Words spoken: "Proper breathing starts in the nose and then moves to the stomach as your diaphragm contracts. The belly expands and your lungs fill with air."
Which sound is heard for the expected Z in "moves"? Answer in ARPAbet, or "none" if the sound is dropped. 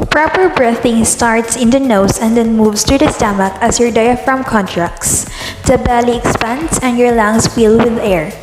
S